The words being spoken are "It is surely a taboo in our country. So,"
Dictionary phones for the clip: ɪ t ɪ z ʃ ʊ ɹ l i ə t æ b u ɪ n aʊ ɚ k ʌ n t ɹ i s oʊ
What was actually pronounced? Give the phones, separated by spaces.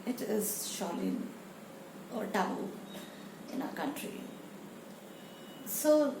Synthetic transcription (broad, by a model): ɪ t ɪ z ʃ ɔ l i ə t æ u ɪ n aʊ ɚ k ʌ n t ɹ i s oʊ